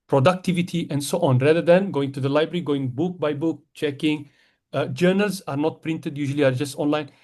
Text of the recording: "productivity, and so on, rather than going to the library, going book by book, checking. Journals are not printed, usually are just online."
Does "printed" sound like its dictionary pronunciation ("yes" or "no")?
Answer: yes